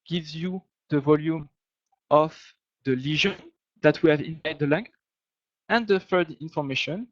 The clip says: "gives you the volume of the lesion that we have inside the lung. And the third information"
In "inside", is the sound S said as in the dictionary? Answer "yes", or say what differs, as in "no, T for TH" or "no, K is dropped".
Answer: no, S is dropped